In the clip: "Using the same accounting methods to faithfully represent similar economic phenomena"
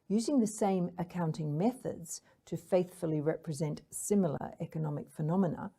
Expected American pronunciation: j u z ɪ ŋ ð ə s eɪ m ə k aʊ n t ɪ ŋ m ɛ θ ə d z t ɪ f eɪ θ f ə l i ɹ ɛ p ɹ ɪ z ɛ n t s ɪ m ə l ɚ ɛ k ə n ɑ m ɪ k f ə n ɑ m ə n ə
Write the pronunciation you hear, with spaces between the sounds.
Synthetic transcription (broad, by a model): j u z ɪ ŋ ð ə s eɪ m ə k aʊ n t ɪ ŋ m ɛ θ ə d z t ɪ f eɪ θ f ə l i ɹ ɛ p ɹ ɪ z ɛ n t s ɪ m l ɚ ɛ k ə n ɑ m ɪ k f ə n ɑ m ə n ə